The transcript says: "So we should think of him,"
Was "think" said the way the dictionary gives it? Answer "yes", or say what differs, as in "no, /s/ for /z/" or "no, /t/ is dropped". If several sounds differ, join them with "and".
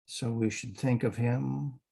yes